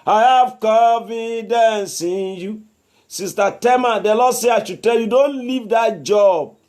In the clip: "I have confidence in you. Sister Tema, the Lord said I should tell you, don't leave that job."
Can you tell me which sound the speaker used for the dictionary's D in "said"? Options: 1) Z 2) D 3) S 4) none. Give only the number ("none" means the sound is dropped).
4